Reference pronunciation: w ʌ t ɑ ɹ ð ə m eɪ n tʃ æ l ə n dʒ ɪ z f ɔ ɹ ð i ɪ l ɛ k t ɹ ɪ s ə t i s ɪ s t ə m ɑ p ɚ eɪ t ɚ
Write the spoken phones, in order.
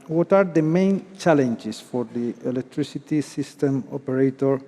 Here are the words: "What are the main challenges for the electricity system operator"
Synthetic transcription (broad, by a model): w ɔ t ɑ ɹ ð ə m eɪ n tʃ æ l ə n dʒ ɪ s f ɔ ɹ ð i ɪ l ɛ k t ɹ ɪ s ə t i s ɪ s t ə m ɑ p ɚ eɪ t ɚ